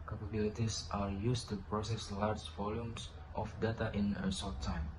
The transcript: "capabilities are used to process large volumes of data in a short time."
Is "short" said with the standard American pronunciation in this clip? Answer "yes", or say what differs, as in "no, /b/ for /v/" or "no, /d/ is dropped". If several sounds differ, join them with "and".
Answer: no, /s/ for /ʃ/